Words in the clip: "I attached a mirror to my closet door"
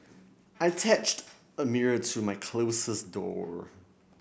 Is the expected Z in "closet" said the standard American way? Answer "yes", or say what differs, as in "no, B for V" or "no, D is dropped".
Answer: no, S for Z